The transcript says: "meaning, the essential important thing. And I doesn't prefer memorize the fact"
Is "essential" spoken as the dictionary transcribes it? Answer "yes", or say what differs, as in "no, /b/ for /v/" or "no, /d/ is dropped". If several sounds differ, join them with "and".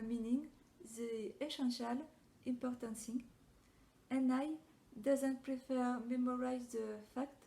no, /ʃ/ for /s/